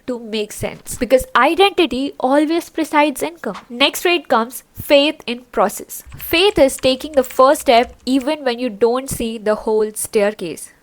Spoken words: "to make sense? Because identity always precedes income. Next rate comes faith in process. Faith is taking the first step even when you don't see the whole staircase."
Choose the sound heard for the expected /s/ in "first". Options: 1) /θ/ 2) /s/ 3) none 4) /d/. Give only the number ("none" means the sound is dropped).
3